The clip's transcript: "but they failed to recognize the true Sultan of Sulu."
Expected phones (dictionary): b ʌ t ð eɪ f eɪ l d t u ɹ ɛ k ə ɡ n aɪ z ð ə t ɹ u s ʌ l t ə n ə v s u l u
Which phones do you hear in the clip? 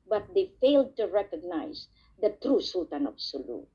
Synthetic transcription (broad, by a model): b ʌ t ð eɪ f eɪ l d t u ɹ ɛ k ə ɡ n aɪ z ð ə t ɹ u s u l t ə n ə b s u l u